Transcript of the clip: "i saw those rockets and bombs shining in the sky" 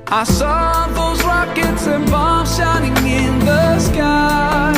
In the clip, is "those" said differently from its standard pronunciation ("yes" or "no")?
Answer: no